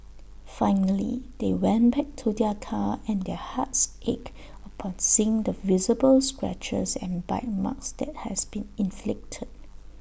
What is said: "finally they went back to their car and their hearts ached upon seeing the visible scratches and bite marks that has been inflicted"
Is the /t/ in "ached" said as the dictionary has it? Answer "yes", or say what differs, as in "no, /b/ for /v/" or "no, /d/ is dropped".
no, /t/ is dropped